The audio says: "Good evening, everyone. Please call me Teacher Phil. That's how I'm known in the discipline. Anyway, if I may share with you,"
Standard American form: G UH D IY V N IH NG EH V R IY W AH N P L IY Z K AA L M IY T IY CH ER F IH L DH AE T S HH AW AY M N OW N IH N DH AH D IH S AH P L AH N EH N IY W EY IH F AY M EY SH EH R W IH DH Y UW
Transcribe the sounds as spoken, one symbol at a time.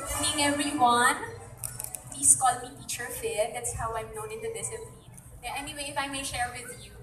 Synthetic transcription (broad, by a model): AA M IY N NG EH V R IY W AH N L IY S K AA L M IY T IY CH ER F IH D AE T S HH AW AY M N OW N IH N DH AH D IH S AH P L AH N EH N IY W EY IH F AY M EY SH EH R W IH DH Y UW